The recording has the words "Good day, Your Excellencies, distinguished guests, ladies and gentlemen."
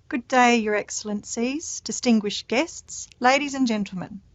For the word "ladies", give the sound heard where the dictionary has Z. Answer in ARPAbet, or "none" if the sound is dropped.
Z